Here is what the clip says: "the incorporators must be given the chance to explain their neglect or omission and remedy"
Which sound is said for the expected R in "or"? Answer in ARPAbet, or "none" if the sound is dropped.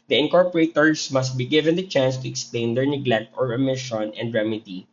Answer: R